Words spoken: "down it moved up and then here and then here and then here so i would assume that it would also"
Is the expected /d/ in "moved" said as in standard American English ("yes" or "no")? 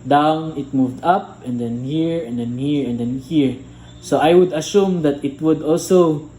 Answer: yes